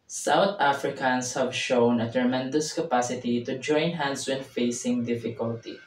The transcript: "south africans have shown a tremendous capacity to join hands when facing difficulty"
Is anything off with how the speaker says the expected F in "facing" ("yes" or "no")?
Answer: no